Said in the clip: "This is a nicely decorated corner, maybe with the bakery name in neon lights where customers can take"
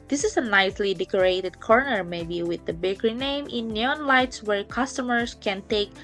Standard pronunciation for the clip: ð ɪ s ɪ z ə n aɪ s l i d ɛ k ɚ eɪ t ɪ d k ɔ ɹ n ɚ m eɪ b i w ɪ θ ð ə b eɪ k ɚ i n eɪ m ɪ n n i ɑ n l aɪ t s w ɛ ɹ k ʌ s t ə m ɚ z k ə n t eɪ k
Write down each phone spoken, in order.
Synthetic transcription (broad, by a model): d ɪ s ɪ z ə n aɪ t l i d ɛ k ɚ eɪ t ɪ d k ɔ ɹ n ɚ m eɪ b i w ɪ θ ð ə b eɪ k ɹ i n eɪ m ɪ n n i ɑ n l aɪ t s w ɛ ɹ k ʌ s t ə m ɚ s k ə n t eɪ k